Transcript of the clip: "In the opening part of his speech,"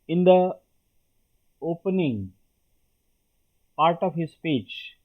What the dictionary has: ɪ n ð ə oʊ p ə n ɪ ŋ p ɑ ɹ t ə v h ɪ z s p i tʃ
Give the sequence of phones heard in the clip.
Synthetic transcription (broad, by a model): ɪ n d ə oʊ p ə n ɪ ŋ p ɑ ɹ t ə v h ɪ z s p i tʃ